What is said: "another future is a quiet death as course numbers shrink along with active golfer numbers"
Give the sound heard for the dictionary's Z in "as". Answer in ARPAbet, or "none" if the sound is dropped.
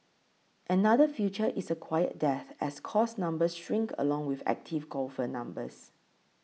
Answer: S